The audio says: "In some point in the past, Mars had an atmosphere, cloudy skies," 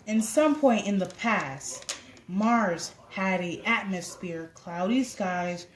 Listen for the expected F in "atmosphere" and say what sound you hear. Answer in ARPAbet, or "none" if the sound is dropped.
F